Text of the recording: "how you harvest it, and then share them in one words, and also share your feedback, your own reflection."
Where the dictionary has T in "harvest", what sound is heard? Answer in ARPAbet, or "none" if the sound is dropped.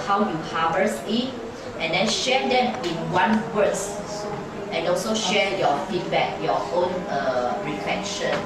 none